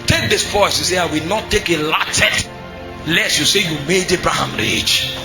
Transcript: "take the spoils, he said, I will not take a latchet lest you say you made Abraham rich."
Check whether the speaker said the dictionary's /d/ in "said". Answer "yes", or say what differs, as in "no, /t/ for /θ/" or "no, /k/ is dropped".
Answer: no, /d/ is dropped